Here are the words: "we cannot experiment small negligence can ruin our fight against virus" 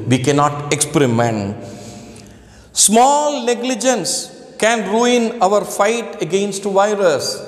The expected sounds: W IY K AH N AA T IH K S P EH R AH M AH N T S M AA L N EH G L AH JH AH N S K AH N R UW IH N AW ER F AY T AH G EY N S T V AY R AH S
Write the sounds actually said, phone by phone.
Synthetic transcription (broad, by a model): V IY K AH N AA T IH K S P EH R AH M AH N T S M AA L N EH G L AH JH AH N S K AH N R UW IH N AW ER F AY T AH G EY N S T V AY R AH S